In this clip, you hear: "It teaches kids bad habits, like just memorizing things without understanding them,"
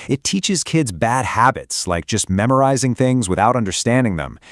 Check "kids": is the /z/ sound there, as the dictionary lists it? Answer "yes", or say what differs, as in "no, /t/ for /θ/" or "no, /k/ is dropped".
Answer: yes